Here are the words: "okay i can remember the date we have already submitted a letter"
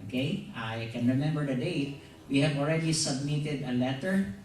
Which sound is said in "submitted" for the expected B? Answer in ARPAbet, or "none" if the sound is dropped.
B